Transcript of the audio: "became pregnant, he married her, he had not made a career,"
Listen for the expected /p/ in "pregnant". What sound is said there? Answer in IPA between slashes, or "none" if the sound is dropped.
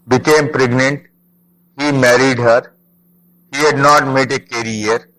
/p/